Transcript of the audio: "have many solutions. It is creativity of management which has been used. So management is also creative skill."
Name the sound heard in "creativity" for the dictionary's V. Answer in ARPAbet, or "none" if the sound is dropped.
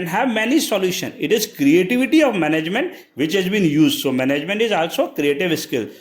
V